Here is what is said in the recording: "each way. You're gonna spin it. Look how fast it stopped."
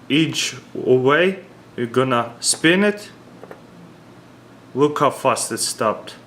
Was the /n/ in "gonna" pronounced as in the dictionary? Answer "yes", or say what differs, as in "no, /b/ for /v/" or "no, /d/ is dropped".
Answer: yes